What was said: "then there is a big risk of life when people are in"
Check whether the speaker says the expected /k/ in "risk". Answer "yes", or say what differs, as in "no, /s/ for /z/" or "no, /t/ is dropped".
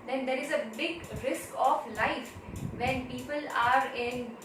yes